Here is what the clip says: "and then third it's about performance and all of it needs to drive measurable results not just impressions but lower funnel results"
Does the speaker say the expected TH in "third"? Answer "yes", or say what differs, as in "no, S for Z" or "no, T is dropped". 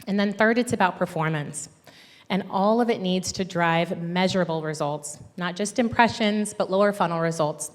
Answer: yes